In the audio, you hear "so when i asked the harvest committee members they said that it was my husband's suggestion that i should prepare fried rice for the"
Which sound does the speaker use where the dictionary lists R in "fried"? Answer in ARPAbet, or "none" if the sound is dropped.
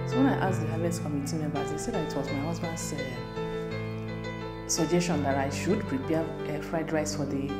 R